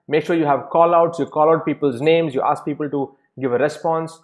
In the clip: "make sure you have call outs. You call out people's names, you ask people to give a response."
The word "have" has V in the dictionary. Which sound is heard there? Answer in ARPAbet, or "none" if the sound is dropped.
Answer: V